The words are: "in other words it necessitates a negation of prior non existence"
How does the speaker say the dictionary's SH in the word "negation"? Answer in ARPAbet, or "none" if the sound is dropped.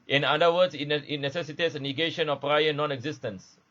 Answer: SH